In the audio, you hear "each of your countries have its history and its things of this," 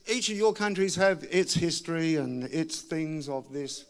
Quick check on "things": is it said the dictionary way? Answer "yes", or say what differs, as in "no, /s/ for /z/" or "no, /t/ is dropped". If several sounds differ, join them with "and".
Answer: yes